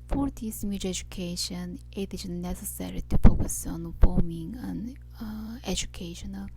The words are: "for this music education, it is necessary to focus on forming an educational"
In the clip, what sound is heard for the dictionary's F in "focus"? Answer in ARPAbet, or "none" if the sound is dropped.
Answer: P